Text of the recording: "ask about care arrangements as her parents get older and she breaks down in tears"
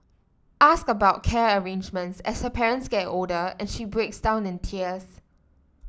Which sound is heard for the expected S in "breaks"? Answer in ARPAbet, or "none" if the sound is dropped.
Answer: S